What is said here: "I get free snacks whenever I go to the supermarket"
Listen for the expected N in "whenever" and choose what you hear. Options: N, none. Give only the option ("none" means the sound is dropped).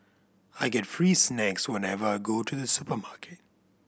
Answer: N